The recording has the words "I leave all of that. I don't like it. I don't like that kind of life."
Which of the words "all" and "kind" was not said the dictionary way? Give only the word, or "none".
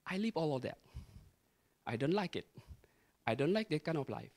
kind